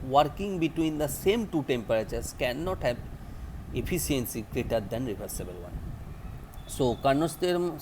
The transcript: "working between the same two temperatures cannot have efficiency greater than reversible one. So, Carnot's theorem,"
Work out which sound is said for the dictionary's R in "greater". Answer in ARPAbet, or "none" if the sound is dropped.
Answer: R